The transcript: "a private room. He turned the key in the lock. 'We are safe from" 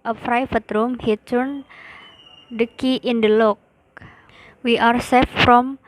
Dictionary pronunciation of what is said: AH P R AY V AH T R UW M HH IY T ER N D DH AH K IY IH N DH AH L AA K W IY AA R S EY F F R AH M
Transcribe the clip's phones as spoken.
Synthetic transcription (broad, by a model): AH F R AY F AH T R UW M HH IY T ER N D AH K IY IH N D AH L AA K W IY AA R S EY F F R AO M